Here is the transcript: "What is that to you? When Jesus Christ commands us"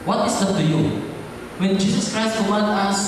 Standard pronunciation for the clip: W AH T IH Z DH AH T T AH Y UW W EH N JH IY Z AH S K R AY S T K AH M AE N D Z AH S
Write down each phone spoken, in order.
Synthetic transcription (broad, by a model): W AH T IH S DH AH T T AH Y UW W EH N JH IY S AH S K R AY S T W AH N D AH S